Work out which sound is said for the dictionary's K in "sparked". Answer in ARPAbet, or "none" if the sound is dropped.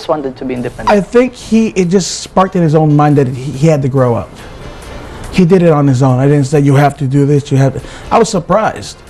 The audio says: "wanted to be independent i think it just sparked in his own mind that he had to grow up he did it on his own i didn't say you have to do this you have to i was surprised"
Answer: K